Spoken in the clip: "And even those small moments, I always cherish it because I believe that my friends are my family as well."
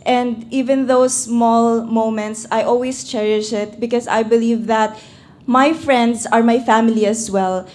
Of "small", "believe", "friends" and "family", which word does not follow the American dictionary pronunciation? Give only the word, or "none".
friends